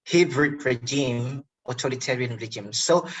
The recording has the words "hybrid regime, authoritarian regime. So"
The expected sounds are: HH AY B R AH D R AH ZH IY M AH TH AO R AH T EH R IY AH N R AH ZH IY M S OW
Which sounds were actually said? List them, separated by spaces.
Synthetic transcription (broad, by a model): HH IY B R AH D R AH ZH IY M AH T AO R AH T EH R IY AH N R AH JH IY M S OW